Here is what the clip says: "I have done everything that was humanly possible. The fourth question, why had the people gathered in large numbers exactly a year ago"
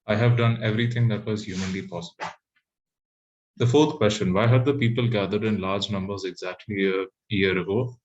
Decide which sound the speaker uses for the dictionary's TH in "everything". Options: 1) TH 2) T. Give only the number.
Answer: 2